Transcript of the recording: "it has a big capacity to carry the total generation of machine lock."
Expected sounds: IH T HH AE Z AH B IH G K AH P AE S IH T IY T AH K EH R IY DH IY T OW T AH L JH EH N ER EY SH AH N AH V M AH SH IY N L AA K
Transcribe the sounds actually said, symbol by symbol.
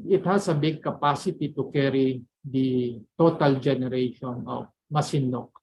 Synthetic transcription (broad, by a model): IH T HH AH S AH B IH G K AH P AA S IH T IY T AH K EH R IY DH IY T OW T AH L JH EH N ER EY SH AH N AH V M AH S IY N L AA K